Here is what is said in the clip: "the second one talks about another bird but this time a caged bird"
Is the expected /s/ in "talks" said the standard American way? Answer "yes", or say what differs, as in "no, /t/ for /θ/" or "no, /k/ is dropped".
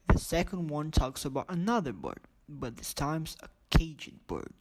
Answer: yes